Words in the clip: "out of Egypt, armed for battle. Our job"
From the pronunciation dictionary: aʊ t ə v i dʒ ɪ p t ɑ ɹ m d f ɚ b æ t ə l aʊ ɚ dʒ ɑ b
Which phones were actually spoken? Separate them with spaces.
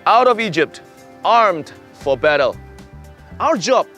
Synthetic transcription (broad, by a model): aʊ t ə v i dʒ ɪ p t ɑ ɹ m d f ɚ b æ t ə l aʊ ɚ dʒ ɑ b